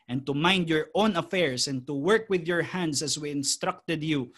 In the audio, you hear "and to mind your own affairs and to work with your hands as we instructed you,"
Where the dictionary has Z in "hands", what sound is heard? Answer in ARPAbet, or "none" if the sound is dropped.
S